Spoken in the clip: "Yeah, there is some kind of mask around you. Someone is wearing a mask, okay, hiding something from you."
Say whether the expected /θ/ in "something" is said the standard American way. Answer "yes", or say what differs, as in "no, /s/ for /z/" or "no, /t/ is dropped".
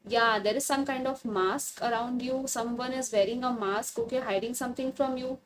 no, /t/ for /θ/